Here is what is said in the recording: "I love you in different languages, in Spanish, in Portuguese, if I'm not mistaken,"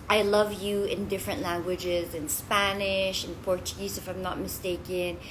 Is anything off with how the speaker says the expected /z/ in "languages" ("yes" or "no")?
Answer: no